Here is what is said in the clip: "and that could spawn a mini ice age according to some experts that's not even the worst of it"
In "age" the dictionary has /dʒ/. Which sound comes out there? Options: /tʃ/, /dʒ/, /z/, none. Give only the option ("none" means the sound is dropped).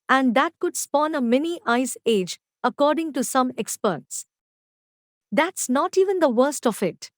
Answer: /dʒ/